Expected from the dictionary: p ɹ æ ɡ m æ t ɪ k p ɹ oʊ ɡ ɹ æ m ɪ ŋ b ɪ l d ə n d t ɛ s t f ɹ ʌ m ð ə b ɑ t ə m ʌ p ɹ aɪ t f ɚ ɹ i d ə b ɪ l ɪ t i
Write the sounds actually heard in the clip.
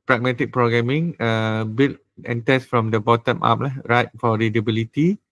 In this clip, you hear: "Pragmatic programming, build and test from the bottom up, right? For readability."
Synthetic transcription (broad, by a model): p ɹ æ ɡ m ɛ t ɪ k p ɹ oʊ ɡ ɹ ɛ m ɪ ŋ b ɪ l ə n t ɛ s f ɹ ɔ m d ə b ɑ t ə m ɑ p ɹ aɪ t f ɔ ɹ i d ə b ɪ l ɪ t i